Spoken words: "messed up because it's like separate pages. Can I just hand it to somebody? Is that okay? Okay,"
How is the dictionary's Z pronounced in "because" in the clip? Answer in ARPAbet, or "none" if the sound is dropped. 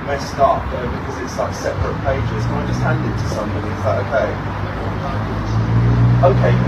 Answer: Z